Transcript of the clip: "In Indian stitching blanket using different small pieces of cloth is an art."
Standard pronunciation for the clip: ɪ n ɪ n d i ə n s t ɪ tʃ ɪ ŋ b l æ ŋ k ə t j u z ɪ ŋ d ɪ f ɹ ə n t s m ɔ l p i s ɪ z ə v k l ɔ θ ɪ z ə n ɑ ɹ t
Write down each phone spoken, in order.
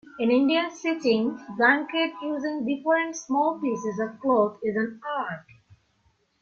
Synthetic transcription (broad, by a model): ɪ n ɪ n d i ə n s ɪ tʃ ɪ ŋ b æ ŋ k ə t j u z ɪ ŋ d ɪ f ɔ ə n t s m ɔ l p i s ɪ z ə v k l ɔ t ɪ z ə n ɑ ɹ t